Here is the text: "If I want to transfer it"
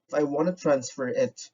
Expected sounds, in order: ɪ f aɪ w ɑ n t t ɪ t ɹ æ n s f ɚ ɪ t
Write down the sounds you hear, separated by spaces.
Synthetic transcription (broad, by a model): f aɪ w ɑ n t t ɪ t ɹ æ n s f ɚ ɪ t